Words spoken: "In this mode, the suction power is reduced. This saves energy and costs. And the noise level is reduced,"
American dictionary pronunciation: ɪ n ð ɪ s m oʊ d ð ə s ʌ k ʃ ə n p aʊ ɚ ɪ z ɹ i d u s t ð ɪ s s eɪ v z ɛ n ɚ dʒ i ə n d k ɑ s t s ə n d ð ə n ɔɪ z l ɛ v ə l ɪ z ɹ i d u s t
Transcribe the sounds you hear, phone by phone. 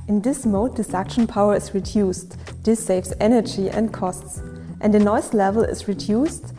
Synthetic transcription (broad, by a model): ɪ n ð ɪ s m oʊ d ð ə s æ k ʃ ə n p aʊ ɚ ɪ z ɹ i d u s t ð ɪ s s eɪ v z ɛ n ɚ dʒ i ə n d k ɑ s t s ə n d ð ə n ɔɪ s l ɛ v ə l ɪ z ɹ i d u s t